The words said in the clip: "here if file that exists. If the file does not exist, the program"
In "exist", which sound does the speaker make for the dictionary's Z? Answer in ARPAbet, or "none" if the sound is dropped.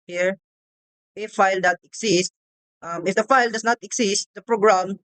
S